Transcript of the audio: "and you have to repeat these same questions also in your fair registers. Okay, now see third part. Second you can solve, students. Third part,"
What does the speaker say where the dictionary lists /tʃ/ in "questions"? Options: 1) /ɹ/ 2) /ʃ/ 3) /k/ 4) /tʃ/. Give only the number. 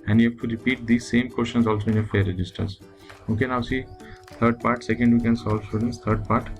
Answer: 2